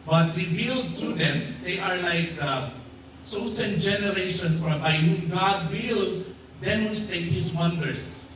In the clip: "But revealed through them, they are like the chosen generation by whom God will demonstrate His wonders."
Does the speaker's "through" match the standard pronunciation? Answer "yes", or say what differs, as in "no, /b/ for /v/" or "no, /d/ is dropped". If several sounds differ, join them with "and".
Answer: no, /t/ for /θ/